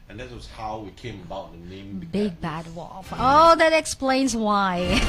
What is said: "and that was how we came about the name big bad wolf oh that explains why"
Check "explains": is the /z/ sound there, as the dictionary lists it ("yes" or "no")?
yes